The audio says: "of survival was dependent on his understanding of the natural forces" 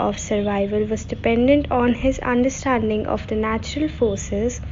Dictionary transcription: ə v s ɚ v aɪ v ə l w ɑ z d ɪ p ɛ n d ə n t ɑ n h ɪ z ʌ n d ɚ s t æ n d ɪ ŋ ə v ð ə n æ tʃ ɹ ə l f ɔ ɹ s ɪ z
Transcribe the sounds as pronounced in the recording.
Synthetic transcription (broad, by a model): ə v s ɚ v aɪ v ə l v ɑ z d ɪ p ɛ n d ə n t ɑ n h ɪ z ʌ n d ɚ s t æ n d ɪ ŋ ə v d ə n æ tʃ ɹ ə l f ɔ ɹ s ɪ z